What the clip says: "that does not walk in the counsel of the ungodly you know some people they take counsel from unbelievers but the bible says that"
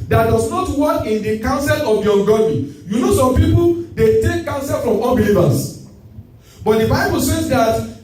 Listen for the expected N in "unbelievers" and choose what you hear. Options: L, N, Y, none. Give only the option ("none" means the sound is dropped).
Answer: L